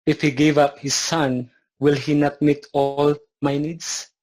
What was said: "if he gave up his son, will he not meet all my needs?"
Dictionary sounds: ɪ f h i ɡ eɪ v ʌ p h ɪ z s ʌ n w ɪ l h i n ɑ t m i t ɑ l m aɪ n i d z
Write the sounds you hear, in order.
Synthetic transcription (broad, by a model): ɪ f h i ɡ eɪ v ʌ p h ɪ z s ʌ n w ɪ l h i n ɑ t m i t ɑ l m aɪ n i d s